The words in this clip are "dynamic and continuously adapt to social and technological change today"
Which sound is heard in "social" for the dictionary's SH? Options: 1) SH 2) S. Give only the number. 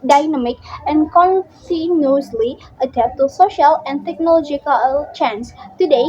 1